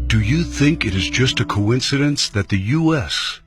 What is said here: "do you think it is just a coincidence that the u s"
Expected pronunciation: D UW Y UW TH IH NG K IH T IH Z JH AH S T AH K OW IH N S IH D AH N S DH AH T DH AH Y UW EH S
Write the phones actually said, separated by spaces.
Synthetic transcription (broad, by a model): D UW Y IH TH IH NG K IH T IH Z JH AH S T AH K OW IH N S IH D AH N S DH AH T DH AH Y UW EH S